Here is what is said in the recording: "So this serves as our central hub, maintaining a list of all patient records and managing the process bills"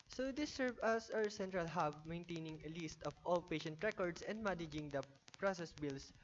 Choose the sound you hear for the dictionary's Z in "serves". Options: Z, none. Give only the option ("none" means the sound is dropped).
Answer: none